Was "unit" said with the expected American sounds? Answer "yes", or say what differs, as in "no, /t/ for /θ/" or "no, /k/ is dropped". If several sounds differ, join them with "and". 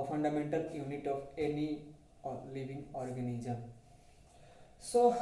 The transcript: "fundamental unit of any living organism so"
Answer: yes